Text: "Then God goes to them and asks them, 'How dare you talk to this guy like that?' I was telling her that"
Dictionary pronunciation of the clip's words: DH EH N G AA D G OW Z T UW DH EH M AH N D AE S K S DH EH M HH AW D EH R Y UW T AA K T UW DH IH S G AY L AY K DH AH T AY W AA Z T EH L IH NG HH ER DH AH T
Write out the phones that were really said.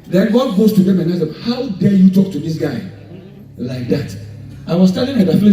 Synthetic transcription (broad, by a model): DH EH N G AA D G OW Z T UW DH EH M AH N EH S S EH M HH AW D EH Y UW T AA K T UW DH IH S G AY L AY K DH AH T AY W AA S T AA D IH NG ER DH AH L